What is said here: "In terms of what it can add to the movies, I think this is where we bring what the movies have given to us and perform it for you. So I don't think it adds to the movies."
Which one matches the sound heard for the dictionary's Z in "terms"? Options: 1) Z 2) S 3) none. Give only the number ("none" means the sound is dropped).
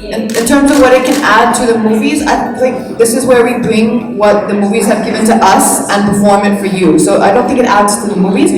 1